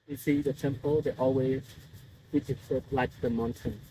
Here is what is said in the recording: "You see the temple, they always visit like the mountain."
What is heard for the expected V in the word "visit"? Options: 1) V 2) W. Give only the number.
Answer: 2